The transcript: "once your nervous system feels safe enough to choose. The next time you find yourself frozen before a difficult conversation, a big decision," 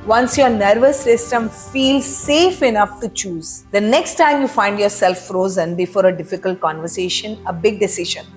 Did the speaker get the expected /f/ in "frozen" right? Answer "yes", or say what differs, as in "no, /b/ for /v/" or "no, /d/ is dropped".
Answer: yes